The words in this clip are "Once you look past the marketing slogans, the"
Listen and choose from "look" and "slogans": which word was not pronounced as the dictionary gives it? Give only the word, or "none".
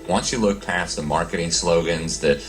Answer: none